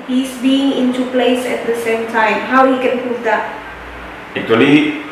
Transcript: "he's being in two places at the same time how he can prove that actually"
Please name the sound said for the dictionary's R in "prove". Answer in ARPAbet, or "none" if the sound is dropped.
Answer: none